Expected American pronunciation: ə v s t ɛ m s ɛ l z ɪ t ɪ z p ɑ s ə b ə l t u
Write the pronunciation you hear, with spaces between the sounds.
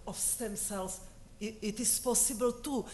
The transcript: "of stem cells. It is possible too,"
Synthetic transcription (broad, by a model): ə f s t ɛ m s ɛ l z ɪ t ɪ s p ɑ s ə b ə l t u